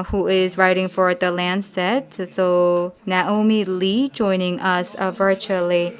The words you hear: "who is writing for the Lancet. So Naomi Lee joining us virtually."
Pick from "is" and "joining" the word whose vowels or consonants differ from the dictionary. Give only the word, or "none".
none